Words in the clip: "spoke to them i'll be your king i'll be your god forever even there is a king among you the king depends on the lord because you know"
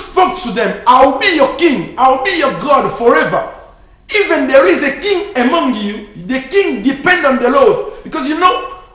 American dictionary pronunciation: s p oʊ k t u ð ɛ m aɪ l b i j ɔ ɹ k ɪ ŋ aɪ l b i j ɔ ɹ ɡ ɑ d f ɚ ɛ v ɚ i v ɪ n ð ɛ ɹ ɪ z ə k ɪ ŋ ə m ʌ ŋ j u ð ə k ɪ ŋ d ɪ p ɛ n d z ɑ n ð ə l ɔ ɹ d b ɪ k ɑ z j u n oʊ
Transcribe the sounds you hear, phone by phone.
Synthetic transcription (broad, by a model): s p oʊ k t u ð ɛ m aɪ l b i j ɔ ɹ k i ŋ aɪ l b i j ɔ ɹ ɡ ɑ d f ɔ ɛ v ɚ i v ɪ n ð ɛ ɹ ɪ z ə k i ŋ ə m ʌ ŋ j u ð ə k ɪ ŋ d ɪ p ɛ n d ɑ n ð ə l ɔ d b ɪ k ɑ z j u n oʊ